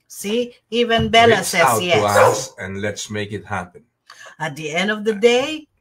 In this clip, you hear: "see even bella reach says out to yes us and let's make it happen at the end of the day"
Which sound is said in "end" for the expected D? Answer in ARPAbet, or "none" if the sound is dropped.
D